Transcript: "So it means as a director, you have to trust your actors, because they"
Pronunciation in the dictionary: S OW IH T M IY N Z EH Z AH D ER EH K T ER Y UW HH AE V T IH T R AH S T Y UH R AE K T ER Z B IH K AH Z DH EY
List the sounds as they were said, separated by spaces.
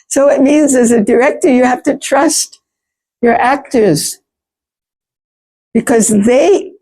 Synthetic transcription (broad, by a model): S OW IH T M IY N Z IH Z AH D ER EH K T ER Y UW HH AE F T IH T R AH S T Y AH R AE K T ER Z B IH K AH Z DH EY